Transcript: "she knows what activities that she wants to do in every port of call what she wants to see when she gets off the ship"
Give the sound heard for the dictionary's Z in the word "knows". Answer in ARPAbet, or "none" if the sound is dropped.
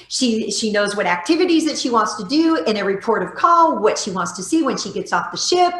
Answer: Z